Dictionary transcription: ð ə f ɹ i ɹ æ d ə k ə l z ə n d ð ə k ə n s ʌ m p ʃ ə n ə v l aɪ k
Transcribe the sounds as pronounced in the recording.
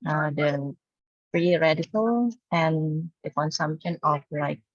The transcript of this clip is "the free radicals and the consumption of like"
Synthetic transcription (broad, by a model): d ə p ɹ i ɹ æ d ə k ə l ə n d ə k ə n s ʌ m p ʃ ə n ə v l aɪ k